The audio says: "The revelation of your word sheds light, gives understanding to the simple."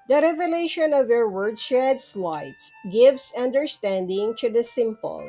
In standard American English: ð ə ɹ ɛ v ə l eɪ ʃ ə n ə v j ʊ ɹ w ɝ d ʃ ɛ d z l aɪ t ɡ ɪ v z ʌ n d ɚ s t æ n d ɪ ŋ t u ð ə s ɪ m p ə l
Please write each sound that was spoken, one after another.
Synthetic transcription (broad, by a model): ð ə ɹ ɛ v ə l eɪ ʃ ə n ə v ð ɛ ɹ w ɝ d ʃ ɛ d s l aɪ t ɡ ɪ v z ʌ n d ɚ s t æ n d ɪ ŋ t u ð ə s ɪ m p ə l